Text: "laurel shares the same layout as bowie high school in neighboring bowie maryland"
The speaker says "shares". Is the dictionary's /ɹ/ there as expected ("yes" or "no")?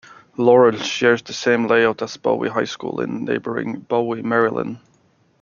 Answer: yes